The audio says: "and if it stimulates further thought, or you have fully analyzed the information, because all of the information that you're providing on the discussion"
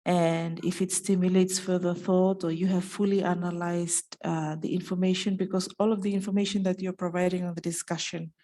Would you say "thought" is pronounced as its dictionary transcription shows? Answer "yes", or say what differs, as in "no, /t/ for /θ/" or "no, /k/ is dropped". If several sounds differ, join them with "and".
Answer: yes